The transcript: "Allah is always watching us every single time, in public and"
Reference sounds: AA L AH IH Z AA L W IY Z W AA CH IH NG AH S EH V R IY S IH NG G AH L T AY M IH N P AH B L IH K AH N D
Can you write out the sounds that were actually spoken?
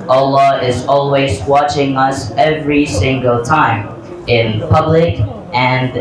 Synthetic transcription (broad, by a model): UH L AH IH Z AA L W IY Z W AA CH IH NG AH S EH V R IY S IH NG G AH L T AY M IH N P AH B L IH K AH N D